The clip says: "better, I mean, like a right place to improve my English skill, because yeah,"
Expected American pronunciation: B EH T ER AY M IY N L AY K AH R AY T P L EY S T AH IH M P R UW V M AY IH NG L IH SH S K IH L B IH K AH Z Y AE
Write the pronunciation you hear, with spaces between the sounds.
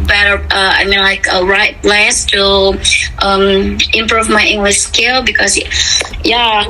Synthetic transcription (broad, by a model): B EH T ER AY M IY N L AY K AH R AY T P L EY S T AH IH M P R UW V M AY IH NG L IH SH S K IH L B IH K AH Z Y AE